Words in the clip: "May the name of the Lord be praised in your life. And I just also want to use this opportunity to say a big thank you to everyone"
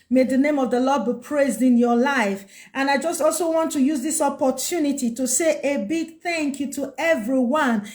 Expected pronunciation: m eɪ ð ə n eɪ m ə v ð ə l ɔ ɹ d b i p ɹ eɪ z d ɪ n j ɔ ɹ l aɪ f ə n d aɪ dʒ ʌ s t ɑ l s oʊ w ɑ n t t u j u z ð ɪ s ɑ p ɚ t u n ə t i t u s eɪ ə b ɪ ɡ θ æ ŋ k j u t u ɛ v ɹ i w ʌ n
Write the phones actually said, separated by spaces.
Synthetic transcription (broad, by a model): m eɪ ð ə n eɪ m ə v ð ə l ɔ d b i p ɹ eɪ z d ɪ n j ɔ l aɪ f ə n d aɪ dʒ ʌ s t ɑ l s oʊ w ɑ n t t u j u z ð ɪ s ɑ p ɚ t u n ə t i t u s eɪ ə b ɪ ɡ θ æ ŋ k j u t u ɛ v ɹ i w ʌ n